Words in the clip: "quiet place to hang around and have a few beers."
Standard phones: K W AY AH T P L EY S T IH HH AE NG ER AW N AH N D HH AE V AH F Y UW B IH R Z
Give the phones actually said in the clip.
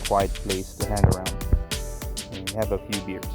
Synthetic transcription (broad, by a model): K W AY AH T P L EY S T IH HH AE NG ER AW AH N D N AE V AH F Y UW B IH R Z